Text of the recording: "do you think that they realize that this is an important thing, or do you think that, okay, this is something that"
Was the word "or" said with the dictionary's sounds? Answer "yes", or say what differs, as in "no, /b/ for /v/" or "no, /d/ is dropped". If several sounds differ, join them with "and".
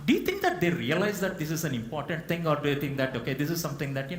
yes